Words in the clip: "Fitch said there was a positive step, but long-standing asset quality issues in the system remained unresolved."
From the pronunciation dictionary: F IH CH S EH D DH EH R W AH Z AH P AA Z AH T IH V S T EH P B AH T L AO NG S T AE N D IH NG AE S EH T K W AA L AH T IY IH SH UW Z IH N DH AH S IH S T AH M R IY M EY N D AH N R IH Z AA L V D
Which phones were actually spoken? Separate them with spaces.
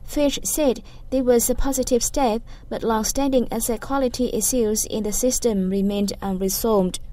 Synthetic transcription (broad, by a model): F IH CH S EH D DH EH W AH Z AH P AA Z AH T IH V S T EH P B AH T L AO NG S T AE N D IH NG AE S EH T K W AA L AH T IY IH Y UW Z IH N DH AH S IH S T AH M R IY M EY N D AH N R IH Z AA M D